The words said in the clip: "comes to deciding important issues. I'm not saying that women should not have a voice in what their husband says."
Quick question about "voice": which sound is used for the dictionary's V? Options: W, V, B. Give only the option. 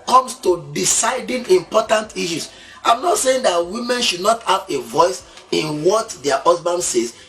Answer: V